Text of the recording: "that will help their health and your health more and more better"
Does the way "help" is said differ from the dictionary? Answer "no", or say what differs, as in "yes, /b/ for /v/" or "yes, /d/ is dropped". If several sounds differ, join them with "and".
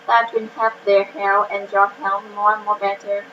yes, /l/ is dropped